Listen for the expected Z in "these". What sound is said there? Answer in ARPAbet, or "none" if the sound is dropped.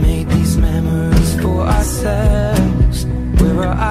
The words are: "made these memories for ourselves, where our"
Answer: Z